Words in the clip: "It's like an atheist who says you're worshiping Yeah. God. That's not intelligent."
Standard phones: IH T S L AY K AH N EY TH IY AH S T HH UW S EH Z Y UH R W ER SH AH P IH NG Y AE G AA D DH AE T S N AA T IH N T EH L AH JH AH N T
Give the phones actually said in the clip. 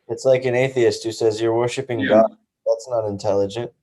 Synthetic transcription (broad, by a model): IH T S L AY K AH N EY TH IY AH S T HH UW S EH Z Y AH R W ER SH AH P IH NG G AA D DH AE T S N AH T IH N T EH L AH JH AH N T